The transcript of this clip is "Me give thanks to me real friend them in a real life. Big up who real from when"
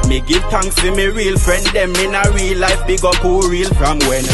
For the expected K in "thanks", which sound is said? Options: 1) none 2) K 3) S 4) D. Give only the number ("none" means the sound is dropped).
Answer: 1